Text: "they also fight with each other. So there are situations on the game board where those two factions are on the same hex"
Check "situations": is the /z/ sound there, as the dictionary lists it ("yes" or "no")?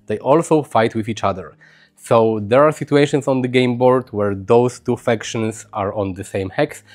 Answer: no